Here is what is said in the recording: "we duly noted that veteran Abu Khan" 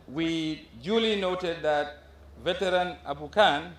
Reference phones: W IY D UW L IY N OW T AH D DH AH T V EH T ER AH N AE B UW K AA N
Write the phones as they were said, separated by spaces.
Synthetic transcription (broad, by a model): W IY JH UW L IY N OW T AH D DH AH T V EH T ER AH N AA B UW K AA N